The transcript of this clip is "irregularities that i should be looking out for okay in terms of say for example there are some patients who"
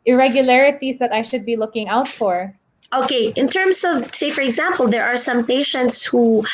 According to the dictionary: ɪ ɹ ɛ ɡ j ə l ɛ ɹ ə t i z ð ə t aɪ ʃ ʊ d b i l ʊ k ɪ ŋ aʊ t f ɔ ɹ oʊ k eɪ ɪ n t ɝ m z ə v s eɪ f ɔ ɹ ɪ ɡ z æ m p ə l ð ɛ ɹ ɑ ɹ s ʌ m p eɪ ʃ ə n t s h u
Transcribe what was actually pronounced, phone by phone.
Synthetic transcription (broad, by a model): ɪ ɹ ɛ ɡ j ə l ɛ ɹ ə t i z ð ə t aɪ ʃ ʊ d b i l ʊ k ɪ ŋ aʊ t f ɔ ɹ oʊ k eɪ ɪ n t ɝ m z ə v s eɪ f ɔ ɹ ɪ ɡ z æ m p ə l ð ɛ ɹ ɑ ɹ s ʌ m p eɪ ʃ ə n t s h u